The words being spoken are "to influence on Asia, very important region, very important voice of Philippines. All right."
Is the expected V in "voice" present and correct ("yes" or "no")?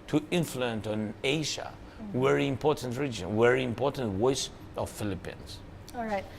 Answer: no